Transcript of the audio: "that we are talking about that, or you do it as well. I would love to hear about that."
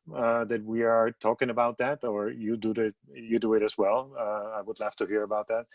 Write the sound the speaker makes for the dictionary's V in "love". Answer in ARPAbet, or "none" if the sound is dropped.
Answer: F